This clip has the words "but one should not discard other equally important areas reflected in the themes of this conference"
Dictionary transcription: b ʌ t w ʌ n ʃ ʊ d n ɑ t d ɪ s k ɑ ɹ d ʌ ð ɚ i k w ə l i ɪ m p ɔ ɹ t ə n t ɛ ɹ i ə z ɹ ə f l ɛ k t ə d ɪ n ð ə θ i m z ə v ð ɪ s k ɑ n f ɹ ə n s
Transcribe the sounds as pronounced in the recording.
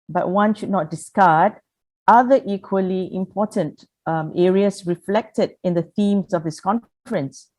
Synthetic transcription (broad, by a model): b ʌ t w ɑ n ʃ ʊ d n ɑ t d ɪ s k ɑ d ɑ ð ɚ i k w ə l i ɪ m p ɔ t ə n t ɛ ɹ i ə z ɹ ə f l ɛ k t ə d ɪ n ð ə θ i m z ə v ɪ s k ɑ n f ɹ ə n s